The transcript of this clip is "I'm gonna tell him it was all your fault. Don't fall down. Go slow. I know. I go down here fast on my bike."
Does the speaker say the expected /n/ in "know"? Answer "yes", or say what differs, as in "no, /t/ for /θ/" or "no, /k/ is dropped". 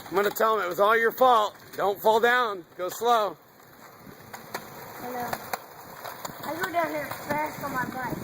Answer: no, /l/ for /n/